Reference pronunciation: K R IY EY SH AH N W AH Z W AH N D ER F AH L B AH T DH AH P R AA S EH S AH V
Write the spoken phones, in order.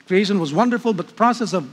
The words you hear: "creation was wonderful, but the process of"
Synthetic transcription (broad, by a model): K R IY EY SH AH N W AH Z W AH N D ER F AH L B AH T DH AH P R AA S EH S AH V